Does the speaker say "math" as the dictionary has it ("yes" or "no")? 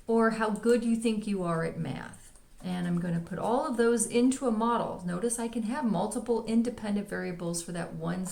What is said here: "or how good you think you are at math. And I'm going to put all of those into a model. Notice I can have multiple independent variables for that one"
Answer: yes